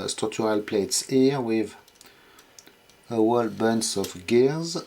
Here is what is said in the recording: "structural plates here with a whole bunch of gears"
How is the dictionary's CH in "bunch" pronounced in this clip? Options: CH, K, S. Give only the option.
S